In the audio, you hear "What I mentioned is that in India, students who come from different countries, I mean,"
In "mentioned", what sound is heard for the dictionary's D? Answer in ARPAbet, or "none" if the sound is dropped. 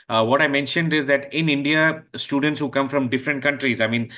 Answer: D